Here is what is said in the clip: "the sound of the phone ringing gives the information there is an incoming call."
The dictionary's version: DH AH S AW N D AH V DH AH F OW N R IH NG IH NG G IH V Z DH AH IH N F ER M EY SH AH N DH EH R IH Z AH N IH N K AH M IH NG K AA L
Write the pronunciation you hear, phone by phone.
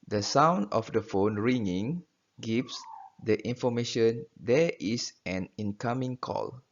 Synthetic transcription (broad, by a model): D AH S AW N D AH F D AH F OW N R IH NG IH NG G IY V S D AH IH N F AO M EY SH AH N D EH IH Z AH N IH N K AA M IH NG K AA L